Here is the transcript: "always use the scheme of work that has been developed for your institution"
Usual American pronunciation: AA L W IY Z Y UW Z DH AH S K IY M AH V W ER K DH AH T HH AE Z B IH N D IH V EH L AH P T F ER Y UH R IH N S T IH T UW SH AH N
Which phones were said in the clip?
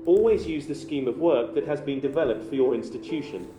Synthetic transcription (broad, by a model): AA L W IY Z Y UW Z DH AH S K IY M AH V W ER K DH AH T HH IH Z B IH N D IH V EH L AH P T F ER Y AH R IH N S T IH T UW SH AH N